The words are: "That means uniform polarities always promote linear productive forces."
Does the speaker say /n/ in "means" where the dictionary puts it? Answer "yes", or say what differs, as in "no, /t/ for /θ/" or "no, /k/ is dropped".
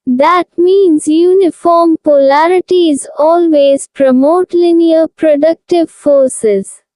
yes